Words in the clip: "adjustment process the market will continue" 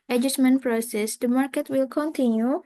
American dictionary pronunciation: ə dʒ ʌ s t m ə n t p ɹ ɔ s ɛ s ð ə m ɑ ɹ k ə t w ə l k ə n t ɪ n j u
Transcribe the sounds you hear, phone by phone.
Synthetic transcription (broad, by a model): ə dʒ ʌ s m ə n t p ɹ ɔ s ɛ s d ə m ɑ ɹ k ə t w ə l k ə n t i n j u